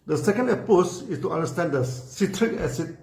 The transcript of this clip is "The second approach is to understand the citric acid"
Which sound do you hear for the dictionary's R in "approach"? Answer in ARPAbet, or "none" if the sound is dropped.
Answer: none